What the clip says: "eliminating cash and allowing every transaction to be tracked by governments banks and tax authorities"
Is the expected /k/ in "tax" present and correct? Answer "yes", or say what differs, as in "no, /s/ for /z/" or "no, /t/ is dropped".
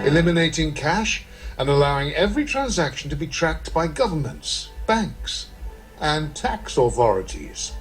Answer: yes